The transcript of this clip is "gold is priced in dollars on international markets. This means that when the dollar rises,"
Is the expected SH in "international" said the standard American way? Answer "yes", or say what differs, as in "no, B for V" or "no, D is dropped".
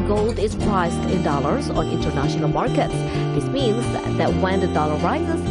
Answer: yes